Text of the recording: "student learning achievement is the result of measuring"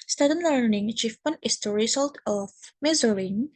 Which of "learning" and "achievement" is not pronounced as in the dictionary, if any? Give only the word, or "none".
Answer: achievement